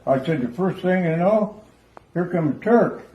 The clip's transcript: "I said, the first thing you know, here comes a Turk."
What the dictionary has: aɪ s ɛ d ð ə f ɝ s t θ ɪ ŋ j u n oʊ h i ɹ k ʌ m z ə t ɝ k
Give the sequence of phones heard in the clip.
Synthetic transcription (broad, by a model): aɪ s ɛ d ð ə f ɝ s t θ ɪ ŋ j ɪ n oʊ h i ɹ k ʌ m z t ɝ k